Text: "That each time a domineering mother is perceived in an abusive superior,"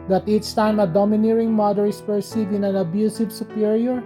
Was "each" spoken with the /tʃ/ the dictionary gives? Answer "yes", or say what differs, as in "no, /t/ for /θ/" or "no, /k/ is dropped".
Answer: no, /s/ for /tʃ/